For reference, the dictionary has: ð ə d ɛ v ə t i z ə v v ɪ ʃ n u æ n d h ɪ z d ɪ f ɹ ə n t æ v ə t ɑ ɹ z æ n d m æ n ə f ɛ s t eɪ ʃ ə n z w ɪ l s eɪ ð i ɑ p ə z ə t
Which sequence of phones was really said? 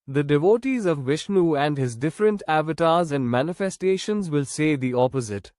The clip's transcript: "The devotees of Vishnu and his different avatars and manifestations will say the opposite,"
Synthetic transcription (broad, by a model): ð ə d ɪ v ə t i z ə v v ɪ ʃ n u æ n d h ɪ z d ɪ f ɹ ə n t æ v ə t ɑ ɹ z æ n d m æ n ə f ɛ s t eɪ ʃ ə n z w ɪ l s eɪ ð i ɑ p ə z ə t